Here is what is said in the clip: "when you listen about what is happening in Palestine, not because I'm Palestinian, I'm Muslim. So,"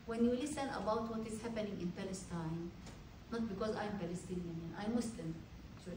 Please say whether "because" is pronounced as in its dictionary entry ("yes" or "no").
yes